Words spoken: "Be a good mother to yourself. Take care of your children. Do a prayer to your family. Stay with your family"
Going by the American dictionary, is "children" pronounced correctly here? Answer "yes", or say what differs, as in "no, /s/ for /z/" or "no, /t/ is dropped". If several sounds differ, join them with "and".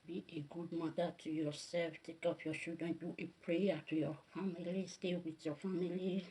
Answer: no, /l/ is dropped